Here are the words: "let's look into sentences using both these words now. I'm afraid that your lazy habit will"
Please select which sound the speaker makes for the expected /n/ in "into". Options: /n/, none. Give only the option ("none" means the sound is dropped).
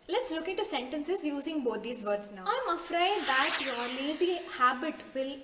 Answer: none